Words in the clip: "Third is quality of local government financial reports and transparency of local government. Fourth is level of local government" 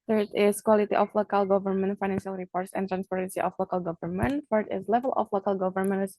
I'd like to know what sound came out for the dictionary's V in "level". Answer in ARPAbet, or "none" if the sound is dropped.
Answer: V